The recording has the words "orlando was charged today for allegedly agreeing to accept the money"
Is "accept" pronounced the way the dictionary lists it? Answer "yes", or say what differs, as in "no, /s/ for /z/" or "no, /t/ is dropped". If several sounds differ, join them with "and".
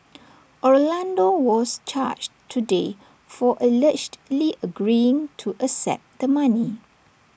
no, /k/ is dropped